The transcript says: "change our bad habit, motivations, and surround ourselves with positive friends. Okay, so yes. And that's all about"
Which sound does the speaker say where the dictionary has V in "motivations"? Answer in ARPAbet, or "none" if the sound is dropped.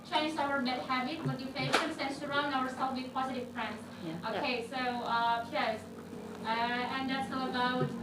F